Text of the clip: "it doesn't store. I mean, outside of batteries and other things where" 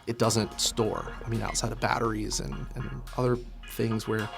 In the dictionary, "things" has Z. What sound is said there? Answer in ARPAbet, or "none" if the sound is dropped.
Z